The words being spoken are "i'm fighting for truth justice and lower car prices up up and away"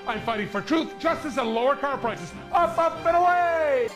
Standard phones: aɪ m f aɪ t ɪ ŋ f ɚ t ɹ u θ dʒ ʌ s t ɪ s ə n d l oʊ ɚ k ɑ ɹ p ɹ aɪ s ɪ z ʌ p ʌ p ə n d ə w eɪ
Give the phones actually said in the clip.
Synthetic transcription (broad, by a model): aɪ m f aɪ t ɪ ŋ f ɚ t ɹ u θ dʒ ʌ s t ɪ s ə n l oʊ ɚ k ɑ ɹ p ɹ aɪ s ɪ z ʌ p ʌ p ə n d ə w eɪ